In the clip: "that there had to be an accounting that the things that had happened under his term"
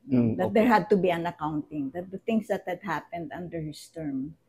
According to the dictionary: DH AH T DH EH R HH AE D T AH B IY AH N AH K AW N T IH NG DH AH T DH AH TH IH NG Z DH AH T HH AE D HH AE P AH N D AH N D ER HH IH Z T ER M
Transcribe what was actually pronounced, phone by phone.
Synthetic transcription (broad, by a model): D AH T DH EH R HH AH D T AH B IY AH N AH K AW N T IH NG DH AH T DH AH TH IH NG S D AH T HH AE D HH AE P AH N D AH N D ER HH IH S T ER M